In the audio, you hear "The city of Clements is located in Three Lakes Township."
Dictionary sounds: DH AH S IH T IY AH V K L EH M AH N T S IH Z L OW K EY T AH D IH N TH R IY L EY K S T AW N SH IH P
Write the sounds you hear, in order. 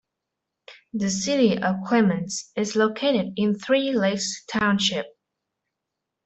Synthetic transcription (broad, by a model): DH AH S IH T IY AH V K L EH M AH N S IH Z L OW K EY T AH D IH N TH R IY L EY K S T AW N SH IH P